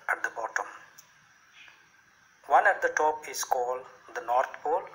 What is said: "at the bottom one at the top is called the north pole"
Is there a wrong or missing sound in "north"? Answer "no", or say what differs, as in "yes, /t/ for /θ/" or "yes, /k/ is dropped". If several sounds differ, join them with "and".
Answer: yes, /t/ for /θ/